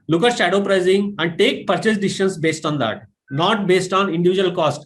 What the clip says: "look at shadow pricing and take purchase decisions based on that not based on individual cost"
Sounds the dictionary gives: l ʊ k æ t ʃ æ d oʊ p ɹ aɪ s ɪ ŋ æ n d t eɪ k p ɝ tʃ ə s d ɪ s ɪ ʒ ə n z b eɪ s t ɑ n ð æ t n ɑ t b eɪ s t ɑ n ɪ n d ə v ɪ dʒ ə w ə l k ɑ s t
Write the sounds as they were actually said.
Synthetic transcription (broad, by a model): l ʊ k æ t ʃ æ d oʊ p ɹ aɪ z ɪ ŋ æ n d t eɪ k p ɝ tʃ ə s d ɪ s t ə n s b eɪ s t ɑ n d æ t n ɑ t b eɪ s t ɑ n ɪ n d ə v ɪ dʒ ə ə l k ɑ s t